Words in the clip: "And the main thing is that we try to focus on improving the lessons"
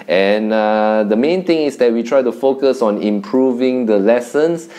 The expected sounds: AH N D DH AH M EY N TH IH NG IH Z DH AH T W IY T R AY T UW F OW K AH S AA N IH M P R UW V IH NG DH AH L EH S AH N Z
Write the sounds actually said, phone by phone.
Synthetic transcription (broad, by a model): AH N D AH M EY N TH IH NG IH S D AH T W IY T R AY T UW F OW K AH S AA N IH M P R UW V IH NG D AH L EH S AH N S